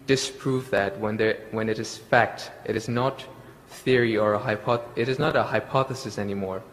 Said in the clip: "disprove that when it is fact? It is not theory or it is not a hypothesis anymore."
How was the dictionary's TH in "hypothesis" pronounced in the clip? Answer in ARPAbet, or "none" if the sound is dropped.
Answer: TH